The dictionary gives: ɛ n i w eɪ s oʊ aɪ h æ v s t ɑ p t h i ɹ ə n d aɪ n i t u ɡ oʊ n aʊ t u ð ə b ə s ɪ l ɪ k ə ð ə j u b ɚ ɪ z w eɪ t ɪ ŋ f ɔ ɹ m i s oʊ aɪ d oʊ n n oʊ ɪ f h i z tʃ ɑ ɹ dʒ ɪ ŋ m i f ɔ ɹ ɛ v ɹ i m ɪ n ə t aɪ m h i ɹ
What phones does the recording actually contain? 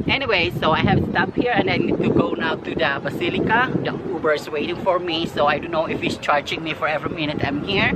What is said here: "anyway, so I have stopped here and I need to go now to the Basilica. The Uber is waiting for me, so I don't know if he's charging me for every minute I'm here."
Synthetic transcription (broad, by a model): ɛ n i w eɪ s oʊ aɪ h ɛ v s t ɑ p h i ɹ ə n d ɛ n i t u ɡ oʊ n aʊ t u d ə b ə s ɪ l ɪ k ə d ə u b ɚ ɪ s w eɪ t ɪ ŋ f ɔ ɹ m i s oʊ aɪ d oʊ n n oʊ ɪ f h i s tʃ ɑ ɹ dʒ ɪ ŋ m i f ɔ ɹ ɛ v ɹ i m ɪ n ə t aɪ m h i ɹ